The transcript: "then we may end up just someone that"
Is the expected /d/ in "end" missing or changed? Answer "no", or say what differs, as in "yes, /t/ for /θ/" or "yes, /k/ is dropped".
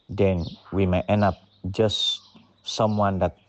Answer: yes, /d/ is dropped